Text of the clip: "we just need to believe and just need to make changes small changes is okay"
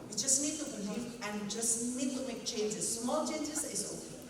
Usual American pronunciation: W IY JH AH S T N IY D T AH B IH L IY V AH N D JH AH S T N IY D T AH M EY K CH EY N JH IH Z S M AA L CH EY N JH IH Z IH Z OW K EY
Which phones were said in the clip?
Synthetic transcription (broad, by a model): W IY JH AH S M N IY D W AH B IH N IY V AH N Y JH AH S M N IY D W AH M EY K CH EY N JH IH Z S M AA L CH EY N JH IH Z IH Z OW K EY